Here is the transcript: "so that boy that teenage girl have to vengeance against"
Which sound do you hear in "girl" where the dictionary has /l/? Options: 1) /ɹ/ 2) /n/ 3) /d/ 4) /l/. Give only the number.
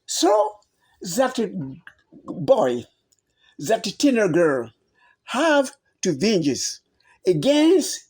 4